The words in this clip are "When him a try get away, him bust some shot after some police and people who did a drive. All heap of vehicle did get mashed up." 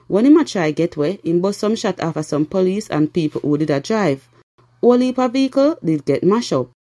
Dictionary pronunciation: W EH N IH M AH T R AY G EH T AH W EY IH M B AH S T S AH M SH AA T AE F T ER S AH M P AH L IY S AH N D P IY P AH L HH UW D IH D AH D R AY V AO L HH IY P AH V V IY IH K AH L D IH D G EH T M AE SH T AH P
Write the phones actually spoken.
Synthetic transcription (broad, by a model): W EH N IH M AH T R AY G EH T W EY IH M B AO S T S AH M SH AA T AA F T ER S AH M P AH L IY S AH N P IY P AH L HH UW D IH D AH D R AY V AO L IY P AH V V IY IH K AH L D IH D G EH T M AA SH AO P